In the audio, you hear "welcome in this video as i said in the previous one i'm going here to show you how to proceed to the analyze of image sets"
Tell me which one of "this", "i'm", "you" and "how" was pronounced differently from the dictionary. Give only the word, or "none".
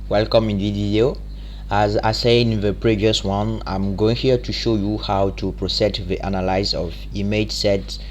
this